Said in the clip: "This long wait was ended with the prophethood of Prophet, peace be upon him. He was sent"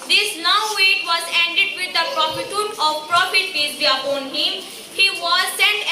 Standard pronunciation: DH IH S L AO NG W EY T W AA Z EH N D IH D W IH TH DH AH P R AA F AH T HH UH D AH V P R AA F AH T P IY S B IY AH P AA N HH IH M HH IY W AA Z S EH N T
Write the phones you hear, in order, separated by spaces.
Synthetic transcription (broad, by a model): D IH S N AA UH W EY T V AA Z EH N D IH D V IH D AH P R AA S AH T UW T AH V P R AA F AH T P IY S B IY AH P AA N HH IH M HH IY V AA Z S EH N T